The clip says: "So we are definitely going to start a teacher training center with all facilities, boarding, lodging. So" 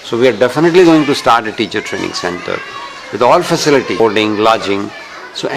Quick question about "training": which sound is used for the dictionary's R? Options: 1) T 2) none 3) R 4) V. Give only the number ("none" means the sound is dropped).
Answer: 3